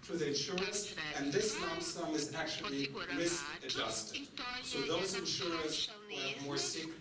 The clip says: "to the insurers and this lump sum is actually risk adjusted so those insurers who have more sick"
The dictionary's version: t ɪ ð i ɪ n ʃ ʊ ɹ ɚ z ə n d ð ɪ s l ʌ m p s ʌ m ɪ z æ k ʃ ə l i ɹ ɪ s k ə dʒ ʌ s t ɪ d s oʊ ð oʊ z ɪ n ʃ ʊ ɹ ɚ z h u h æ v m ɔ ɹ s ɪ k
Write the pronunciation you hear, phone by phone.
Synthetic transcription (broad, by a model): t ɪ ð i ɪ n ʃ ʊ ɹ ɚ s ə n ð ɪ s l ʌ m s ʌ m ɪ z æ k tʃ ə l i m ɪ s ə dʒ ʌ s t ɪ d s oʊ ð oʊ z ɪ n ʃ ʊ ɹ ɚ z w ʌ m ɔ ɹ s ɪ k